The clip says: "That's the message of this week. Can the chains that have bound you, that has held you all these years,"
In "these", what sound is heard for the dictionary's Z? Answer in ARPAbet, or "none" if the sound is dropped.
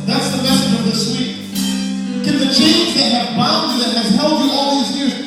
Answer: Z